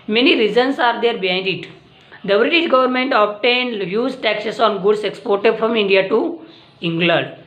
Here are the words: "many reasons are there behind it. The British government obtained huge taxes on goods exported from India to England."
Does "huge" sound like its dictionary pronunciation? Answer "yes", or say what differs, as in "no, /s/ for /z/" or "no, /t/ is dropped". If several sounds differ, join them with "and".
no, /z/ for /dʒ/